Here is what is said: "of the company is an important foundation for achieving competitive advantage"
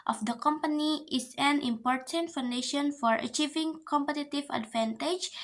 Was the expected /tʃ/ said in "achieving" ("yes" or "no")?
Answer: yes